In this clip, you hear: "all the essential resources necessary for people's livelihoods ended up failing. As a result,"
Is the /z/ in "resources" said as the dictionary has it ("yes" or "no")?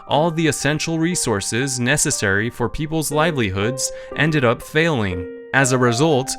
yes